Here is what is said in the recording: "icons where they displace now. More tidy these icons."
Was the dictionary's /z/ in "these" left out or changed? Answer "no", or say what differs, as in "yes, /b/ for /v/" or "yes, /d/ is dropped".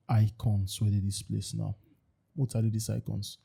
yes, /s/ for /z/